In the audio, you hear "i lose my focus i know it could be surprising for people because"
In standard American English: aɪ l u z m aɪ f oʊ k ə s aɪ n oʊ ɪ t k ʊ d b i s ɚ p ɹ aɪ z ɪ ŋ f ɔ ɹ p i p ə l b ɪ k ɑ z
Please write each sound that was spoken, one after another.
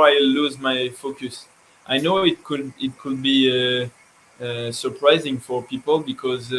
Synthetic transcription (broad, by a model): aɪ l u z m aɪ f oʊ k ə s aɪ n oʊ ɪ t k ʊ d b i s ɚ p ɹ aɪ z ɪ ŋ f ɔ ɹ p i p ə l b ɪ k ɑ z